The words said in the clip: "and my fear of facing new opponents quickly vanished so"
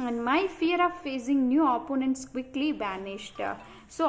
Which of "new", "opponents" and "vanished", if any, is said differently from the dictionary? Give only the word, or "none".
vanished